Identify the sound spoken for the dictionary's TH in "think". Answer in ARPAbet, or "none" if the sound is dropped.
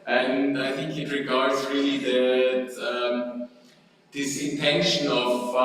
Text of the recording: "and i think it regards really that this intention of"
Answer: TH